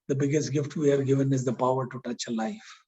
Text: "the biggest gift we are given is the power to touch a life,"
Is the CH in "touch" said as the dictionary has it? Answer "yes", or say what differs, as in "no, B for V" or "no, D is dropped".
yes